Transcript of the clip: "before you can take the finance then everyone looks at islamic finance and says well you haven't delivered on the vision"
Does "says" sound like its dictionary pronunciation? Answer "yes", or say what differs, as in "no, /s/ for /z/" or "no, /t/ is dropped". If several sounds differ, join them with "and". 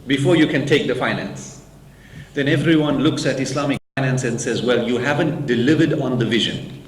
yes